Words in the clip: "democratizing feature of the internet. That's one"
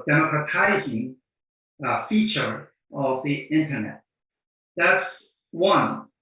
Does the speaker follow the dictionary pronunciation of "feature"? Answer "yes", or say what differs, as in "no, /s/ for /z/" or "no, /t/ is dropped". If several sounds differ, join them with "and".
yes